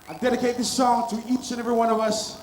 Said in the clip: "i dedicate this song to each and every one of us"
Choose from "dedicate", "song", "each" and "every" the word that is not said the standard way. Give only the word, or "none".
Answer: none